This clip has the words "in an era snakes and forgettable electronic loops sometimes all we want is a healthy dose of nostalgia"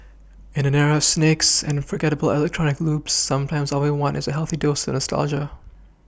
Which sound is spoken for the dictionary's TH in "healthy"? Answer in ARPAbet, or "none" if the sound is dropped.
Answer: TH